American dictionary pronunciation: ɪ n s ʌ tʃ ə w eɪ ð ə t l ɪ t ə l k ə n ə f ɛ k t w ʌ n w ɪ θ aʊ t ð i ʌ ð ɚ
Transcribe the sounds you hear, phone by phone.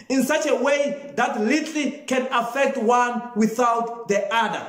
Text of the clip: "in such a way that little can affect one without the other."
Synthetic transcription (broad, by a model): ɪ n s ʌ tʃ ə w eɪ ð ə t l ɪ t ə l k ə n ə f ɛ k t w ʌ n w ɪ θ aʊ t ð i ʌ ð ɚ